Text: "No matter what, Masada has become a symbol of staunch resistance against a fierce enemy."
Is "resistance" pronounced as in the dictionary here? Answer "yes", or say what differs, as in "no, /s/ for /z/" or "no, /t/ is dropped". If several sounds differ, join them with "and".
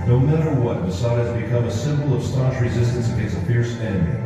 yes